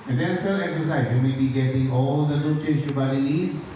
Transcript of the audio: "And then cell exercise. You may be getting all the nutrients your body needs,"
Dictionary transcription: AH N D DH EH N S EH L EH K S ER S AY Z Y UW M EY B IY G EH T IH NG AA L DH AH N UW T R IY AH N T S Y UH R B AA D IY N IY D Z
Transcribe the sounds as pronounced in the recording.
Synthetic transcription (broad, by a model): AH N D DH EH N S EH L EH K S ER S AY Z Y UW M EY B IY G EH T IH NG AA L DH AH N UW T IY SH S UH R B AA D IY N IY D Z